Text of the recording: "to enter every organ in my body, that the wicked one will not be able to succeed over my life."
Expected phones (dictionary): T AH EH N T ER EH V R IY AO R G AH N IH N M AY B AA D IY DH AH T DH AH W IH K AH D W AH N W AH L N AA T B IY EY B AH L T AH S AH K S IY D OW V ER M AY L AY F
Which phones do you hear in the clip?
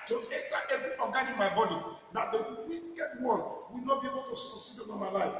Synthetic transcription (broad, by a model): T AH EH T T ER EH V R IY AO G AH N IH N M AY B AA D IY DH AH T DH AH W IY K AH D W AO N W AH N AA B IY EY B AH L T AH S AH S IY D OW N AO M AY L AY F